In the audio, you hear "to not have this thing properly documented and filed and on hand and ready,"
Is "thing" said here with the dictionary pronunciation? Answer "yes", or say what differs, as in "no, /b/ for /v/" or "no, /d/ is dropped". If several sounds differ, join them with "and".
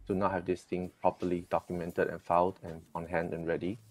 no, /t/ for /θ/